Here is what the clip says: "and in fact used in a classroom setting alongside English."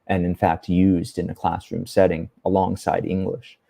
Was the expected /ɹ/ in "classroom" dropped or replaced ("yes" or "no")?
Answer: no